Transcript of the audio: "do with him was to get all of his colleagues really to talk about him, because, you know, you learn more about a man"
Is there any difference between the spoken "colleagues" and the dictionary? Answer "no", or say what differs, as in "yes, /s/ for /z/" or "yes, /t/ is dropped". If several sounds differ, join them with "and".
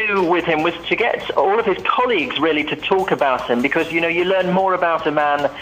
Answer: no